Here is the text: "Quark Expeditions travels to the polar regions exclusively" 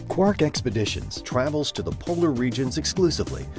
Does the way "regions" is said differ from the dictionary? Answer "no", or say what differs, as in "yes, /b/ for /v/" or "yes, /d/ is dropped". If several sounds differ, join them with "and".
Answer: no